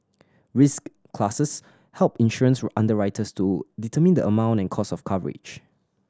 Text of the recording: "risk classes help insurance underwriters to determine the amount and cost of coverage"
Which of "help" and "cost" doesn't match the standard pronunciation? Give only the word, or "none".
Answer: cost